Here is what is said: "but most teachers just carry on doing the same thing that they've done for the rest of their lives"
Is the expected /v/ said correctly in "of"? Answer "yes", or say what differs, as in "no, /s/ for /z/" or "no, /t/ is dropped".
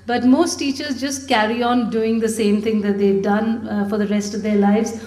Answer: yes